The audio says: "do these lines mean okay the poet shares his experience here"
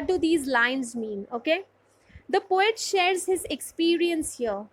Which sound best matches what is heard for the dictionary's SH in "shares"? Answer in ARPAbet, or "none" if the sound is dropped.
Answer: SH